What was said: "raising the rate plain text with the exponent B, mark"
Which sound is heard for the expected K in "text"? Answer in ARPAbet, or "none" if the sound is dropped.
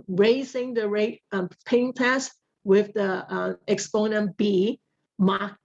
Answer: none